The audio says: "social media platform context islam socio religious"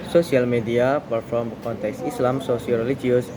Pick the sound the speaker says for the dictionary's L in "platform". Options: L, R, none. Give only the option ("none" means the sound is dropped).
none